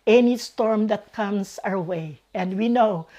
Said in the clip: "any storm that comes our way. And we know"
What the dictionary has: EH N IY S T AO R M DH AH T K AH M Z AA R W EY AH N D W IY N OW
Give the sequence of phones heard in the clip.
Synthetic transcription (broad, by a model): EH N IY S T AO R M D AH T K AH M S AA R W EY AH N D W IY N OW